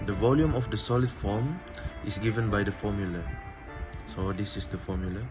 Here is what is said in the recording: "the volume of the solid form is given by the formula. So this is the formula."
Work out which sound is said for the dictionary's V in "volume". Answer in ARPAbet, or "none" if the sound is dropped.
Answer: V